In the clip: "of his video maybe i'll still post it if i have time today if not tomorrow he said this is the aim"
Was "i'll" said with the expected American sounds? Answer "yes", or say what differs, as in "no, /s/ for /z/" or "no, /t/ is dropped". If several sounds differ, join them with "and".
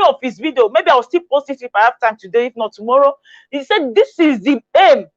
no, /w/ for /l/